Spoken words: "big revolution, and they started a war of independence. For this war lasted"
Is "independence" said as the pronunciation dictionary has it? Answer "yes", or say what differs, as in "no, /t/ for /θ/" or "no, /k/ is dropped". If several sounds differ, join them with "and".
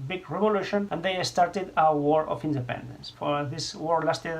yes